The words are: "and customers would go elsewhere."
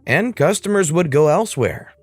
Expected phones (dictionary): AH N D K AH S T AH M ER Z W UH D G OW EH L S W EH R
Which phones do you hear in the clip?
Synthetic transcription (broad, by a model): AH N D K AH S T AH M ER Z W UH D G OW EH L S W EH R